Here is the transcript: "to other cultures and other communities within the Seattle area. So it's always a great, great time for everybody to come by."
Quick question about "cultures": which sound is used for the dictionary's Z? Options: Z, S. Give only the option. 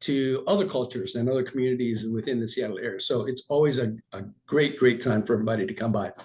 Z